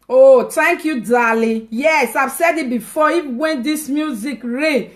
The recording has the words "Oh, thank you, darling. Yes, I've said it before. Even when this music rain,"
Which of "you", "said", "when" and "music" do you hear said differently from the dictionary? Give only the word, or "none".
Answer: none